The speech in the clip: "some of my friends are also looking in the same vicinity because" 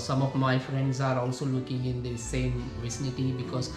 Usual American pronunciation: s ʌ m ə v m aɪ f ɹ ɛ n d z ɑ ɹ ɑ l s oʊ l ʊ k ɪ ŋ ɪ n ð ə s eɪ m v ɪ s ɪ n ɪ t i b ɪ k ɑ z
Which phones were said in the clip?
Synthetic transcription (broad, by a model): s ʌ m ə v m aɪ f ɹ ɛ n d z ɑ ɹ ɑ l s oʊ l ʊ k ɪ ŋ ɪ n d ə s eɪ m v ɪ s ɪ n ɪ t i b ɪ k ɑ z